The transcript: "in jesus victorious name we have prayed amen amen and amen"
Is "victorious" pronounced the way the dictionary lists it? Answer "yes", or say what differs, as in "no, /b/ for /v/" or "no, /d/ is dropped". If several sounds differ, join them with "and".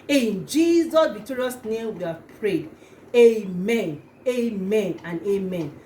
no, /b/ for /v/